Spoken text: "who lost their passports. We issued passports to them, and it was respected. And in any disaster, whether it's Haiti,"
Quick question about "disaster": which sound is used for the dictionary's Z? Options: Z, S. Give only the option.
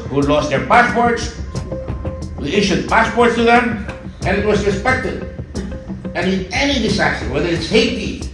S